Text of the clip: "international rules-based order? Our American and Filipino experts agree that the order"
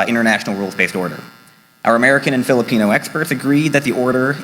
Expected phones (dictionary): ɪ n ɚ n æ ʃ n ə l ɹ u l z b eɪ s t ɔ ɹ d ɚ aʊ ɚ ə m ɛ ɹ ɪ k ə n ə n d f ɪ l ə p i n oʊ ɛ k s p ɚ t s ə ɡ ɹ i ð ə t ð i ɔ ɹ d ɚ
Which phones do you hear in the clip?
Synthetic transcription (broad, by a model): ɪ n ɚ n æ ʃ n l ɹ u l z b eɪ s t ɔ ɹ d ɚ aʊ ɚ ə m ɛ ɹ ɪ k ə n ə n f ɪ l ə p i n oʊ ɛ k s p ɚ t s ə ɡ ɹ i ð ə t ð i ɔ ɹ d ɚ